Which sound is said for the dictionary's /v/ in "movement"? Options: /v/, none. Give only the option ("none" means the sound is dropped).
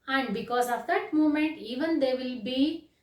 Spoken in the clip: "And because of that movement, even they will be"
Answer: none